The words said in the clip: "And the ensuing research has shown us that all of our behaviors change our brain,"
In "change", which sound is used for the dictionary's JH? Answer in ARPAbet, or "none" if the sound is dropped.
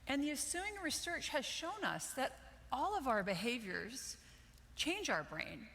JH